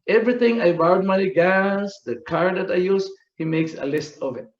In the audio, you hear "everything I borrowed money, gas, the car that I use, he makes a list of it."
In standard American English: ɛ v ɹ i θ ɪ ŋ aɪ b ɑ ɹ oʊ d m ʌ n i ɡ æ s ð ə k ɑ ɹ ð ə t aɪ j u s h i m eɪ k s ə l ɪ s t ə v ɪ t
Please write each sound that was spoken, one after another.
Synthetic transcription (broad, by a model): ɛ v ɹ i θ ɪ ŋ aɪ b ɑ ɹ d m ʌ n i ɡ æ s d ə k ɑ ɹ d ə t aɪ j u s h i m eɪ k s ə l ɪ s t ə v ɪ t